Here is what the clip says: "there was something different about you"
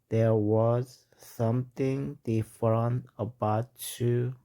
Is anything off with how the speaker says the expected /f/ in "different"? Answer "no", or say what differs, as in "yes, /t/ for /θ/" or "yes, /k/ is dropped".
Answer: no